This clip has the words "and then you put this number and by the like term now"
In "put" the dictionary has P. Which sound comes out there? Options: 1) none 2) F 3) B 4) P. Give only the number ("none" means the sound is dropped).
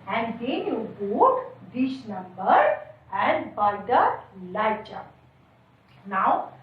3